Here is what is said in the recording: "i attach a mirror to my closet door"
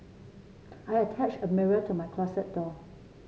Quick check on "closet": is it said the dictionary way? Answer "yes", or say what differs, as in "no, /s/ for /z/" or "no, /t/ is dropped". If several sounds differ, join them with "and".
no, /s/ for /z/